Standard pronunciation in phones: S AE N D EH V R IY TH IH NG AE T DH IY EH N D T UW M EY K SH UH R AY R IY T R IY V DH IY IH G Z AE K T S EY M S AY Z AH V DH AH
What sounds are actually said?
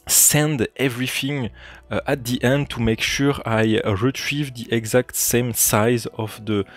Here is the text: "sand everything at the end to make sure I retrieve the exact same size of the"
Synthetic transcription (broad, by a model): S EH N D EH V R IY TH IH NG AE T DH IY EH N D T UW M EY K SH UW R AY R IY T R IY V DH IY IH G Z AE K T S EY M S AY Z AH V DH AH